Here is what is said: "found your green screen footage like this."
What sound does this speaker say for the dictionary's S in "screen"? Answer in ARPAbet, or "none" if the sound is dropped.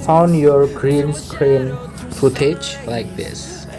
S